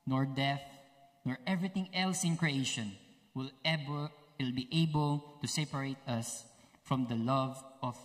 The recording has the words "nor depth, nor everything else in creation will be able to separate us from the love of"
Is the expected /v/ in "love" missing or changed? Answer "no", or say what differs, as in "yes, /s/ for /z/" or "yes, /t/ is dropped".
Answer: no